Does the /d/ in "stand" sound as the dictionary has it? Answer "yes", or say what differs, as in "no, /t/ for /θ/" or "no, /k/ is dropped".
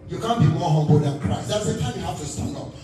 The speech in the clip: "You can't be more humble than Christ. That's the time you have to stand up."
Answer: no, /d/ is dropped